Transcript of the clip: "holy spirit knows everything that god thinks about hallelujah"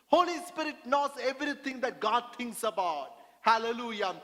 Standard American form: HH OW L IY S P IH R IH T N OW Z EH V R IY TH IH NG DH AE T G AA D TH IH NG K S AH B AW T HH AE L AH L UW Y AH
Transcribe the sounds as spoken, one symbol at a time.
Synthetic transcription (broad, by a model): HH OW L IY S P IH R IH T N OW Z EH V R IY T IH NG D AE T G AA D T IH NG K S AH B AW T HH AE L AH L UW Y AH